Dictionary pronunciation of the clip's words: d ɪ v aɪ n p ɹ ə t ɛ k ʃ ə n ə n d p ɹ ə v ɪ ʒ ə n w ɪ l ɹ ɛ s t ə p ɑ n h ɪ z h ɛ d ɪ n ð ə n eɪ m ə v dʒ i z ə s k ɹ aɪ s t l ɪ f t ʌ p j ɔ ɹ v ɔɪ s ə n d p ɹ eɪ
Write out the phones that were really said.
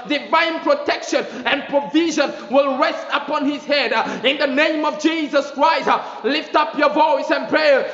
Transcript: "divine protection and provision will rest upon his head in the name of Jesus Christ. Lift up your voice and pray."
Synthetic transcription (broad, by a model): d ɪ v aɪ n p ɹ ə t ɛ k ʃ ə n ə n p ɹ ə v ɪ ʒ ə n w ɪ l ɹ ɛ s t ə p ɑ n h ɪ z h ɛ d ɪ n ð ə n eɪ m ə v dʒ i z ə s k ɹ aɪ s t l ɪ f t ʌ p j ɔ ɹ v ɔɪ s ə n p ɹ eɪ